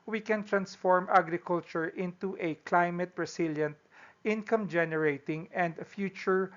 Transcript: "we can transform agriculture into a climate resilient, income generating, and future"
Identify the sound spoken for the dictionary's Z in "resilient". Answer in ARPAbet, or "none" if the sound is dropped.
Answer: S